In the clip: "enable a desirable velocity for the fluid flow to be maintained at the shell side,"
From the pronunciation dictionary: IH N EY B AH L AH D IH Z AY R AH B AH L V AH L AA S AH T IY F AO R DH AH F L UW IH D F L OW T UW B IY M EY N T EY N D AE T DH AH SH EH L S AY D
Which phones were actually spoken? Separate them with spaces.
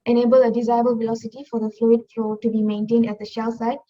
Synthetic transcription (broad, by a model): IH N EY B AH L AH D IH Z AY AH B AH L V AH L AA S AH T IY F AO R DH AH F L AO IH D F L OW T UW B IY M EY N T EY N D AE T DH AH SH EH L S AY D